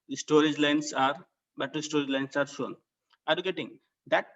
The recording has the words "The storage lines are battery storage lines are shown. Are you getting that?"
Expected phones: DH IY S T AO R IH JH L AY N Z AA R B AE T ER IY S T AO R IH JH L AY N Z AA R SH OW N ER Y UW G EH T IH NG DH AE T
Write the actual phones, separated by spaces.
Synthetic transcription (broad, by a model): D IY S T AO R IH JH L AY N S AA R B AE T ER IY S T AO R IH JH L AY N S AA R SH OW N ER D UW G EH T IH NG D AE T